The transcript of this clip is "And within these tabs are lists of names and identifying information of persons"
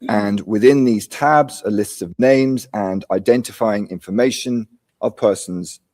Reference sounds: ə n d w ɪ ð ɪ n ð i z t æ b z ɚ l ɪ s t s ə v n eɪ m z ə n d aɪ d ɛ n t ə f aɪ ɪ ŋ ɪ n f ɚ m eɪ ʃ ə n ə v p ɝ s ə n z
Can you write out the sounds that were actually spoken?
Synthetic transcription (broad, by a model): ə n w ɪ ð ɪ n ð i z t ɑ b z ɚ l ɪ s t ə v n eɪ m z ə n aɪ d ɛ n t ə f aɪ ɪ ŋ ɪ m f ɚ m eɪ ʃ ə n ə v p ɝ s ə n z